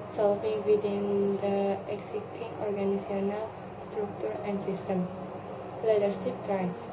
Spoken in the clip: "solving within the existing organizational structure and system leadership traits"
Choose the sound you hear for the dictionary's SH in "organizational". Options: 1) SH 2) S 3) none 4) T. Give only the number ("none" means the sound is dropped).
3